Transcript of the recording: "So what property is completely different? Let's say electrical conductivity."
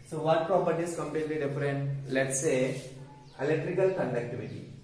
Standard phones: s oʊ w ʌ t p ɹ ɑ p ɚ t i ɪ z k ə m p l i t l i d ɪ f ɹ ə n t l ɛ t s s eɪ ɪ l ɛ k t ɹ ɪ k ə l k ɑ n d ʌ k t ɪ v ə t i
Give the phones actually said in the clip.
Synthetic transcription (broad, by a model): s oʊ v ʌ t p ɹ ɑ p ɚ t i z k ə m p l i t l i d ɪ f ɹ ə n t l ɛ t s s eɪ ɪ l ɛ k t ɹ ɪ k ə l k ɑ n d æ k t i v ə t i